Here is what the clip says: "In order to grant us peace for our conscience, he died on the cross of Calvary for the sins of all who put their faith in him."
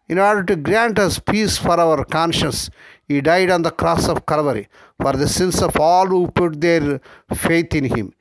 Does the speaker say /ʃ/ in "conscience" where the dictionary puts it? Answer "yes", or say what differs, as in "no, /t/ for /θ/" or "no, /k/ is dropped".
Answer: yes